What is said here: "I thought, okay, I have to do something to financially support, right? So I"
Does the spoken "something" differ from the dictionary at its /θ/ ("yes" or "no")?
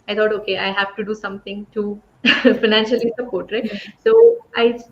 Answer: yes